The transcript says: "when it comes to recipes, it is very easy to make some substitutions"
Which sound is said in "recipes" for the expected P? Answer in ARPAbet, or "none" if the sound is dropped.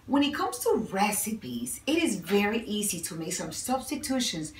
P